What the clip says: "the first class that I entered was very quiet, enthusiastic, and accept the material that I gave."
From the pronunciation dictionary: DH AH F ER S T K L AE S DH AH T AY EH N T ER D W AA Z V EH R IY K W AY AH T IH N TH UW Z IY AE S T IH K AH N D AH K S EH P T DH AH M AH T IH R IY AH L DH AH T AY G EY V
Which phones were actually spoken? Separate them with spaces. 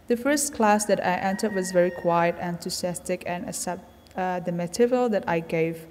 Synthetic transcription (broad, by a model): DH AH F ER S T K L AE S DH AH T AY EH N T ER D W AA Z V EH R IY K W AY AH T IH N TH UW S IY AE S T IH K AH N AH S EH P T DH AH M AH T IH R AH L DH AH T AY G EY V